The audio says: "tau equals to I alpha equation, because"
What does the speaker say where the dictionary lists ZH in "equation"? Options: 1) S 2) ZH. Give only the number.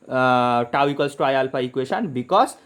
1